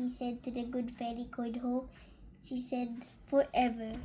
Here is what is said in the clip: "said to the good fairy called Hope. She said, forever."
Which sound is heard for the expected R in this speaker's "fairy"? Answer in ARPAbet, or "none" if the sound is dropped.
L